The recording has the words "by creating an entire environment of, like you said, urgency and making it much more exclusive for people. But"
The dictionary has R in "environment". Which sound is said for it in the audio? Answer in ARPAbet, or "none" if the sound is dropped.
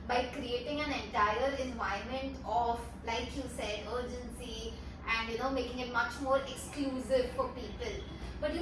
none